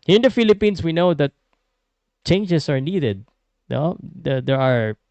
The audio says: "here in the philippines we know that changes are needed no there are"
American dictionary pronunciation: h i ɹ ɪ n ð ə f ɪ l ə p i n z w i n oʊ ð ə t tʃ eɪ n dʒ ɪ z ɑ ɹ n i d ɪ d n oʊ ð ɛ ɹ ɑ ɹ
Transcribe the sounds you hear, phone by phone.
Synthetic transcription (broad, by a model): h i ɹ ɪ n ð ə f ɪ l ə p i n s w i n oʊ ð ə t tʃ eɪ n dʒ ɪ s ɑ ɹ n i d ɪ d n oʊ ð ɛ ɹ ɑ ɹ